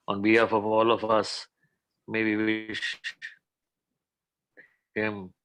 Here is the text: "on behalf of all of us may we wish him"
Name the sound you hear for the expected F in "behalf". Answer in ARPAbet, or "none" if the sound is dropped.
F